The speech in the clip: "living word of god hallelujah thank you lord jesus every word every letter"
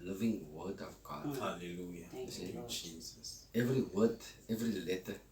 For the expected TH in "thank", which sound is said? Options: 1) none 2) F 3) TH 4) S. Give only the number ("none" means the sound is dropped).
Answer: 4